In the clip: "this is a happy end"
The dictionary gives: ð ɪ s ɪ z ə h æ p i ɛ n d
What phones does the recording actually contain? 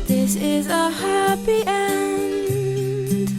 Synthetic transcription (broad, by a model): ð ɪ s ɪ z ə h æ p i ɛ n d